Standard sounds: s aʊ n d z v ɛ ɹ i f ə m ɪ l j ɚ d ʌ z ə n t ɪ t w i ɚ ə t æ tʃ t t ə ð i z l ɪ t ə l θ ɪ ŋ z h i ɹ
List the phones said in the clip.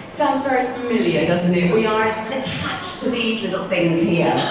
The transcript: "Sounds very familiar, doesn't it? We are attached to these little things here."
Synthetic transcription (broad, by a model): s aʊ n d z v ɛ ɹ i f ə m ɪ l j ɚ d ʌ z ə n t ɪ t w i ɚ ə t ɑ tʃ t t ə ð i z l ɪ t l θ ɪ ŋ z h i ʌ